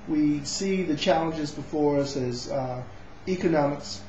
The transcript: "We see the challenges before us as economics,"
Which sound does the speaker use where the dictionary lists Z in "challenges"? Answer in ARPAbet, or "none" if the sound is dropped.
Z